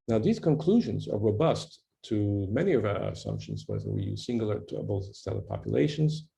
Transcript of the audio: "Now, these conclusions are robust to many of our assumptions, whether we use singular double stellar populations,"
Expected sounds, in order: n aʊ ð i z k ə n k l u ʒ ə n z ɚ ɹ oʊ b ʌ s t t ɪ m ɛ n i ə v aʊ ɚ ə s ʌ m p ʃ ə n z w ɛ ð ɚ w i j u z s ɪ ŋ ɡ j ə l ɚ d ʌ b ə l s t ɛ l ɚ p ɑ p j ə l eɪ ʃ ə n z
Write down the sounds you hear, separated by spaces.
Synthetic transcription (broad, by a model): n aʊ ð i z k ə n k l u ʒ ə n z ɚ ɹ oʊ b ʌ s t t ɪ m ɛ n i ə v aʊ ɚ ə s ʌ m p ʃ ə n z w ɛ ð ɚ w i j u z s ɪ ŋ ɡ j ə l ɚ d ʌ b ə l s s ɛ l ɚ p ɑ p j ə l eɪ ʃ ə n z